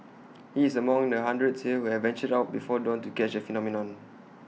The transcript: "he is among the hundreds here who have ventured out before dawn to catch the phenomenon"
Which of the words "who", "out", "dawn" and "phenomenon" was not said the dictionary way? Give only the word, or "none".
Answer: none